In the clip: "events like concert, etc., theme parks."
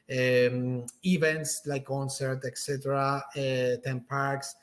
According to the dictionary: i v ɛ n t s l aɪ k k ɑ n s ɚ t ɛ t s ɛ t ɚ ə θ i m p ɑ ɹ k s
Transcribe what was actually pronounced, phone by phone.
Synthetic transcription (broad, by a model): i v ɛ n t s l aɪ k k ɑ n s ɚ t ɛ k s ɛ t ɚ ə t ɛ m p ɑ ɹ k s